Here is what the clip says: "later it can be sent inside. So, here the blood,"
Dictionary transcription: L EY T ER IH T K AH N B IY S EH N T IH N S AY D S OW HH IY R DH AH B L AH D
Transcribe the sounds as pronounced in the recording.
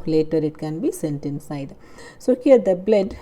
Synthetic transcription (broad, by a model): L EY T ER IH T K AH N B IY S EH N T IH N S AY D S OW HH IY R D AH B L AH D